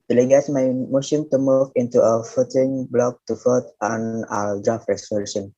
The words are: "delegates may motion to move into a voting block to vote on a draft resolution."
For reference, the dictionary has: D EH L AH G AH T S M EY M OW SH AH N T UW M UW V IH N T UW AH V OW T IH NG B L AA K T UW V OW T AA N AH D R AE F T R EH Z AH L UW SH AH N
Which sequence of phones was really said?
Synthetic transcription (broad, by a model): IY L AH G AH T M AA M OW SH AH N T UW M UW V IH N T UW AH F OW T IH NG B L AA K T UW F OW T AA N AH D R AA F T R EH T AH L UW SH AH N